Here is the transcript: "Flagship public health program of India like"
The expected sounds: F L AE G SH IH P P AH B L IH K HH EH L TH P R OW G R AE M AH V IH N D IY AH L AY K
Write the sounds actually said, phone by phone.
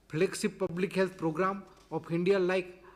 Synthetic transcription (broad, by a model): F L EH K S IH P P AH B L IH K HH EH L T P R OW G R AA M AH P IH N D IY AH L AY K